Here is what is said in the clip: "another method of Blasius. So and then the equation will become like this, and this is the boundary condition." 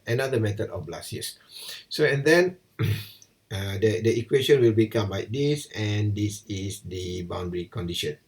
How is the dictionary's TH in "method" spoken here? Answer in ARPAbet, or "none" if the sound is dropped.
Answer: T